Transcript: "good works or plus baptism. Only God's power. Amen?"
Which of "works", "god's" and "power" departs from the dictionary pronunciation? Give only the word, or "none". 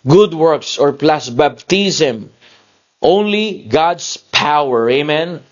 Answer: god's